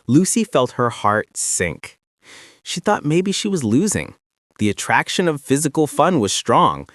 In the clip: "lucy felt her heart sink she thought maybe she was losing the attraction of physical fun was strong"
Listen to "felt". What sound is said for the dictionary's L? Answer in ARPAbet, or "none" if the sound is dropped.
L